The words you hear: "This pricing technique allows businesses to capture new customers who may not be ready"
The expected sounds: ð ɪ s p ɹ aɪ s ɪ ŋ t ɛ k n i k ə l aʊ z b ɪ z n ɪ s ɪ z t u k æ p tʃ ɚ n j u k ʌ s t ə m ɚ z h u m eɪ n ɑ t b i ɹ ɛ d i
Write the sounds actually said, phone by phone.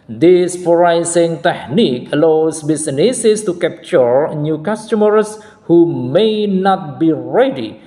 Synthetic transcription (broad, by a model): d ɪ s f ɹ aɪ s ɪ ŋ t ɛ k n i k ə l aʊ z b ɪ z n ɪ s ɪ s t u k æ p tʃ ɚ n j u k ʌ s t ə m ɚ s h u m eɪ n ɑ t b i ɹ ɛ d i